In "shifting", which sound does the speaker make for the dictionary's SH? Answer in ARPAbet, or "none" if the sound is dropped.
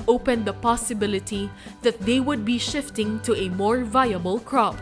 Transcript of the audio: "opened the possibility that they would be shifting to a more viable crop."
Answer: SH